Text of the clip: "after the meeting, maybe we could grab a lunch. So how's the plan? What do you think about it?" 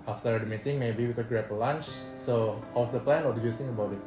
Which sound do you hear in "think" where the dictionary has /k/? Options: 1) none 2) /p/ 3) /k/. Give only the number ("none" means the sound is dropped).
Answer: 1